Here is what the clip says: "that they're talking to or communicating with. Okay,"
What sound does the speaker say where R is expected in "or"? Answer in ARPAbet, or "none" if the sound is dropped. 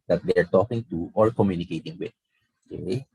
L